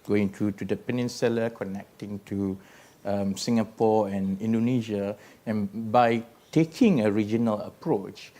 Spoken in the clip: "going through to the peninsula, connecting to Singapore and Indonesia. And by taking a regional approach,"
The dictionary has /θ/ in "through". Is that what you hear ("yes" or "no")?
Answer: no